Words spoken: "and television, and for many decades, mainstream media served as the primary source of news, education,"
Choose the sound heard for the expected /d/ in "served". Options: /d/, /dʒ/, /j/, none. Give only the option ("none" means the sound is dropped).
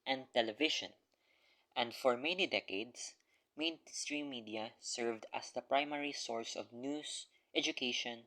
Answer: /d/